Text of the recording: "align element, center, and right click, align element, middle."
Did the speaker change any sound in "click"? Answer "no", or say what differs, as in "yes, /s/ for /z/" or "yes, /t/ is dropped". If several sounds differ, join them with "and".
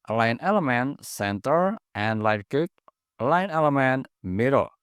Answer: yes, /l/ is dropped